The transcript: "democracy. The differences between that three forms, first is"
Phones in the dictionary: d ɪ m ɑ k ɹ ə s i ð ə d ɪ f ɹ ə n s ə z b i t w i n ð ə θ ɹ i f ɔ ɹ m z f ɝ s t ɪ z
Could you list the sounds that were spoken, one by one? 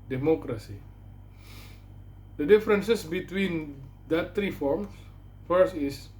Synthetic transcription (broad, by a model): d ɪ m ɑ k ɹ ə s i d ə d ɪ f ɹ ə n s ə s b i t w i n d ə t ɹ i f ɔ ɹ m s f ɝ s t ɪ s